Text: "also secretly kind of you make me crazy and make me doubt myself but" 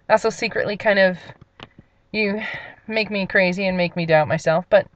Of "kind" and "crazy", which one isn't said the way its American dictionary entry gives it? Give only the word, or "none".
none